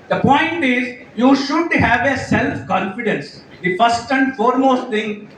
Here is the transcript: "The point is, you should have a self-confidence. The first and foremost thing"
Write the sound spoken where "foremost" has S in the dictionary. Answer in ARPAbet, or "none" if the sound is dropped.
S